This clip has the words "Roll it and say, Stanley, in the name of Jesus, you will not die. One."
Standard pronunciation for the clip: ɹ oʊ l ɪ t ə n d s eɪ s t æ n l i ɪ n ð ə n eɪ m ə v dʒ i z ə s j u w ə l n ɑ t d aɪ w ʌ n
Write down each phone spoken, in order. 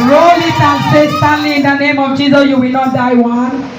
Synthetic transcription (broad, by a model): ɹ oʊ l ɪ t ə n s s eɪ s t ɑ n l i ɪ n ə n eɪ m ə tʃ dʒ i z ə j u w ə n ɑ d aɪ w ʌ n